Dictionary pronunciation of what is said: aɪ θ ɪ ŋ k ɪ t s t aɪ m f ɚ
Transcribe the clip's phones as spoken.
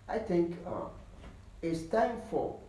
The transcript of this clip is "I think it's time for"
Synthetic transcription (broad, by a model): aɪ θ ɪ ŋ k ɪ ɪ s t aɪ m f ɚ